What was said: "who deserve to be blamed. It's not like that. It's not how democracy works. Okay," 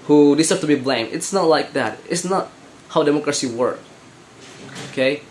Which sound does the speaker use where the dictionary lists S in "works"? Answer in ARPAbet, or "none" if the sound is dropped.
none